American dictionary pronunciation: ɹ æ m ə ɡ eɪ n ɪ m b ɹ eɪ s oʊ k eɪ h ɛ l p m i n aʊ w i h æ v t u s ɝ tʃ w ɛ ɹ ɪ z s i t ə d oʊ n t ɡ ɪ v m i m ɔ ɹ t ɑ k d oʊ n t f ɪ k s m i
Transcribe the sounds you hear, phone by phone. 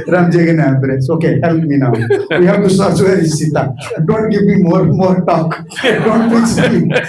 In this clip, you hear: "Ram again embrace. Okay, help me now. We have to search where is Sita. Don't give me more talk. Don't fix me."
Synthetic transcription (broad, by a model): ɹ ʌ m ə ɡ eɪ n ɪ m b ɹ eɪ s oʊ k eɪ h ɛ l p m i n aʊ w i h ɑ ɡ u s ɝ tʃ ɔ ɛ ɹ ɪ s i t ə d oʊ n t ɡ ɪ v m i m ɔ ɹ t ɑ k d oʊ n t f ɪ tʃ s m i